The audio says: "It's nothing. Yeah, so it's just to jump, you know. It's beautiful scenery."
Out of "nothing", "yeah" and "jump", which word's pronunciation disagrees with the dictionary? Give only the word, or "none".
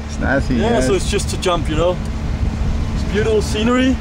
nothing